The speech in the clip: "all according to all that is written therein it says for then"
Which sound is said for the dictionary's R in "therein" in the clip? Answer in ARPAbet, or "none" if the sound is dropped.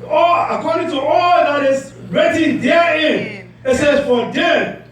none